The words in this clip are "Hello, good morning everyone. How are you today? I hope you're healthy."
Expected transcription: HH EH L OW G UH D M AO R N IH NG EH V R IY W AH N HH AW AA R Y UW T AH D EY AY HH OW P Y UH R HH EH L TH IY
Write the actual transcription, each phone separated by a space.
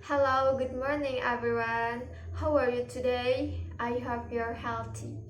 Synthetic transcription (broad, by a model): HH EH L OW G UH D M AO R N IH NG EH V R IY W AH N HH AW AA R Y UW T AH D EY AY HH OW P Y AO R HH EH L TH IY